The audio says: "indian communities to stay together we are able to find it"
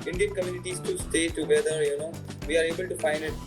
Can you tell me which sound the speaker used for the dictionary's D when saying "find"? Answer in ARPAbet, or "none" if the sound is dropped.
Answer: none